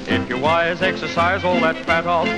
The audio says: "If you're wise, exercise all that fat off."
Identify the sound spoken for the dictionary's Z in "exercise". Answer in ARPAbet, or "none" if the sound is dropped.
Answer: Z